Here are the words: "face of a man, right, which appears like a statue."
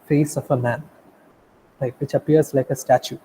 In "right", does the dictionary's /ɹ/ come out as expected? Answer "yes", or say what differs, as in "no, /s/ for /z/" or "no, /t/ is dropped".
no, /l/ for /ɹ/